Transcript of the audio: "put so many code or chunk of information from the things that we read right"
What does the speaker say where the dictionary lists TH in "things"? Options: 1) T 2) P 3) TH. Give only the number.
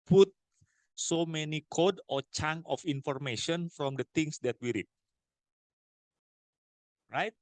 1